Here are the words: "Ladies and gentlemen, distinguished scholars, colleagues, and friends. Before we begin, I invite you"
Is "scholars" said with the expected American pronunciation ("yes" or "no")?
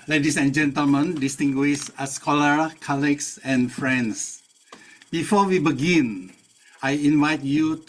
no